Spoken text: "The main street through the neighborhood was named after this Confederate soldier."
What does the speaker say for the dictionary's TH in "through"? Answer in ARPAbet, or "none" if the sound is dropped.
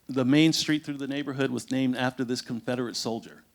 TH